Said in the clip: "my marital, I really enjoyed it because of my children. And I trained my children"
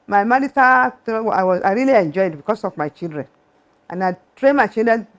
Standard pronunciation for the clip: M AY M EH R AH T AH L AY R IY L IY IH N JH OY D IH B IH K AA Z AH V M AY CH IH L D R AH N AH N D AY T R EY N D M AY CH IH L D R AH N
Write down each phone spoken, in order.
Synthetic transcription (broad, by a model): M AY M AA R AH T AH W AY R IY L IY IH N JH OY D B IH K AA S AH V M AY CH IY L D R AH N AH N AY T R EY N M AY CH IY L D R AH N